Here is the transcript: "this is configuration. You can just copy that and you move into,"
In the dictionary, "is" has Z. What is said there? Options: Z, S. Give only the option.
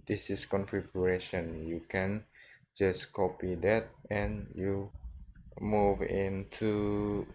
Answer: S